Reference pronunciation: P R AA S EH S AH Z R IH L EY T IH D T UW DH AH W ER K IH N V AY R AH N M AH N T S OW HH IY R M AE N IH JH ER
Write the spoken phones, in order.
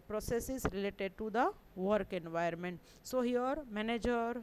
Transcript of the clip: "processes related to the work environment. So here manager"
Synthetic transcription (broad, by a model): P R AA S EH S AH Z R IH L EY T IH D T UW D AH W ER K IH N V AY AH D M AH N T S OW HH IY R M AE N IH JH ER